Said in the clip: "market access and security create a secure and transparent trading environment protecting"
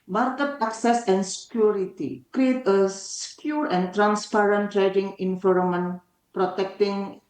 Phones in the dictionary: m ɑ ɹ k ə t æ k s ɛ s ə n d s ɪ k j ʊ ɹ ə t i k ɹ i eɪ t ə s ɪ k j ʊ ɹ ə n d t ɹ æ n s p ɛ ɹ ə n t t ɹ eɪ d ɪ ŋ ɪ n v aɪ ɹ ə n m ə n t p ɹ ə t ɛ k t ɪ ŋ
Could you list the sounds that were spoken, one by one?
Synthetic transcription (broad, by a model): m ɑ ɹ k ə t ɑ k s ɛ s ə n s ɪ k j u ɹ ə t i k ɹ i eɪ t ə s k j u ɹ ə n t ɹ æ n s p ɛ ɹ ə n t t ɹ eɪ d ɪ ŋ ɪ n f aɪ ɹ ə m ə n p ɹ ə t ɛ k t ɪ ŋ